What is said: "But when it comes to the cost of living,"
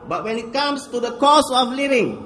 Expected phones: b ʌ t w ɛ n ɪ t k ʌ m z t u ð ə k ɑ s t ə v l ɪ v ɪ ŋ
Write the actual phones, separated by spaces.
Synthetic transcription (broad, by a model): b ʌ t w ɛ n ɪ t k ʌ m s t u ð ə k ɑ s ə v l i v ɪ ŋ